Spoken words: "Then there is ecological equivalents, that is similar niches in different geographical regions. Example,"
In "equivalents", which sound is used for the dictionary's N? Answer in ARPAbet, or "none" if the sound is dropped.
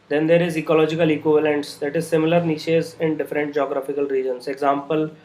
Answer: N